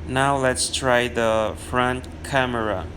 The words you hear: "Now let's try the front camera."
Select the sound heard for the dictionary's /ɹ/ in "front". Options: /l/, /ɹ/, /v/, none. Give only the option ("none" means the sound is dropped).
/ɹ/